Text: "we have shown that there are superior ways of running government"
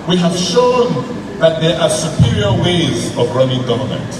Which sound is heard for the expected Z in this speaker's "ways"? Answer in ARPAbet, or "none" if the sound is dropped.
Z